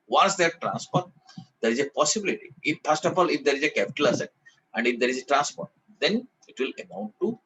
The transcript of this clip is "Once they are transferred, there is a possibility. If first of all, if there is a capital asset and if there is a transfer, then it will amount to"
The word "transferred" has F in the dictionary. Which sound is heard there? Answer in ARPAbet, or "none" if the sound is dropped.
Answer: P